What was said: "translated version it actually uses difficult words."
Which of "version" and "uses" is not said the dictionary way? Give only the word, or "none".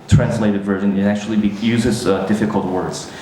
none